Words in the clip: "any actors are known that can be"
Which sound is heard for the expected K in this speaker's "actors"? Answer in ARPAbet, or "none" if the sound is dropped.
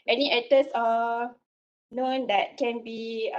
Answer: none